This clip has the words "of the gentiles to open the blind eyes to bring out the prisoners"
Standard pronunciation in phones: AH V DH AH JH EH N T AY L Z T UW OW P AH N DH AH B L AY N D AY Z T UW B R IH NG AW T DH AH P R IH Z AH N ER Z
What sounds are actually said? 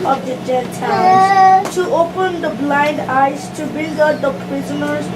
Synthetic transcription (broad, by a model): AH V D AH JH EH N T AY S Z T UW OW P AH N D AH B L AY N D AY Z T UW B IH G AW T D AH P R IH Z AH N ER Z